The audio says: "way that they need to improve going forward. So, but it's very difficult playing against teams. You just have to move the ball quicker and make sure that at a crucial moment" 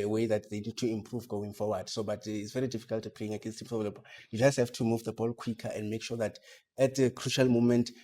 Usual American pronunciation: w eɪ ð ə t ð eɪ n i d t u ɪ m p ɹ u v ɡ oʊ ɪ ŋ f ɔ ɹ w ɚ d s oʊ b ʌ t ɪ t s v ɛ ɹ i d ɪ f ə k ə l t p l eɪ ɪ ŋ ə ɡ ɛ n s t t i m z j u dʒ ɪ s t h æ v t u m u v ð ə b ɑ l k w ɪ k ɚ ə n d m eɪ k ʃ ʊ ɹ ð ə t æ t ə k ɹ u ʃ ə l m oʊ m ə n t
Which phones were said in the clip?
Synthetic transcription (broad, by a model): w eɪ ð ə t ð eɪ n i d t u ɪ m p ɹ u v ɡ oʊ ɪ ŋ f ɔ w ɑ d s oʊ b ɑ t ɪ t s v ɛ ɹ i d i f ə k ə l t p eɪ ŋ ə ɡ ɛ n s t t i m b j u dʒ ɪ s t h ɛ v t u m u v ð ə b ɑ l k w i k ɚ ə n d m eɪ k ʃ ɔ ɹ ð ə t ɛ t ə k ɹ u ʃ ə l m oʊ m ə n t